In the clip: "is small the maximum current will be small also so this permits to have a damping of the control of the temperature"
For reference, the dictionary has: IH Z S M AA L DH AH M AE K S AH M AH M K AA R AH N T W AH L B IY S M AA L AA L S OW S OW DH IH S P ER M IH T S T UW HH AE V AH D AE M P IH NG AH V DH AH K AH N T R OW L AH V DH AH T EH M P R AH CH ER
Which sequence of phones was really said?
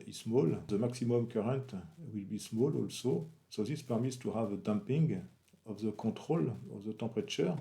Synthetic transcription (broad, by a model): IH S M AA L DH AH M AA K S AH M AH M K AA R AH N T W AH L B IY S M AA L AA L S OW S OW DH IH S P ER M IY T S T UW HH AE V AH D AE M P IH NG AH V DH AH K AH T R OW L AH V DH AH T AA P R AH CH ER